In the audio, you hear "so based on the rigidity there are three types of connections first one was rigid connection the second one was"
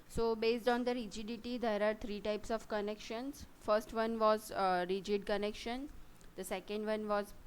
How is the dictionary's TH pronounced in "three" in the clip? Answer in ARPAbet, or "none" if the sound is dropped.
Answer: T